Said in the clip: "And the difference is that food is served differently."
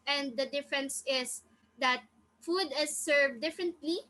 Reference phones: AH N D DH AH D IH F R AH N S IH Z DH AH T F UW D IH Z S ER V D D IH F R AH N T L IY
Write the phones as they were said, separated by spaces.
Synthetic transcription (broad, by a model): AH N D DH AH D IH F R AH N S IH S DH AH T F UW D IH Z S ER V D D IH F R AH N T L IY